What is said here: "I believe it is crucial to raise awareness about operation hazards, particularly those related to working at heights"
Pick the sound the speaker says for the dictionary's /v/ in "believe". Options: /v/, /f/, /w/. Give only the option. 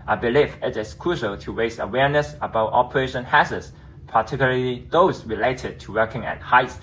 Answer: /f/